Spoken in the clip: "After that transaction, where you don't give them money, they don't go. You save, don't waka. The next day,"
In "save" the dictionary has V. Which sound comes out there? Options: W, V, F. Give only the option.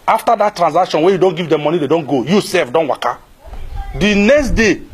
F